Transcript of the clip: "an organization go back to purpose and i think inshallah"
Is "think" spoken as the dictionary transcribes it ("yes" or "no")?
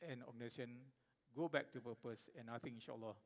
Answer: no